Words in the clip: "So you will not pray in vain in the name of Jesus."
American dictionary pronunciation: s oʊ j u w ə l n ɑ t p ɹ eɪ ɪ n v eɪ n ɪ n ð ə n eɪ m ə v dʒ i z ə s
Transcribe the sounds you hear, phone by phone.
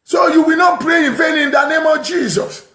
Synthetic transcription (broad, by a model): s oʊ j u w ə n ɑ t p ɹ eɪ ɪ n f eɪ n ɪ n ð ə n eɪ m ə v dʒ i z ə s